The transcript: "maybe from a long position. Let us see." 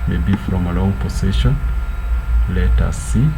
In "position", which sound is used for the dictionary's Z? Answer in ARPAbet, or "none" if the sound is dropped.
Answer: S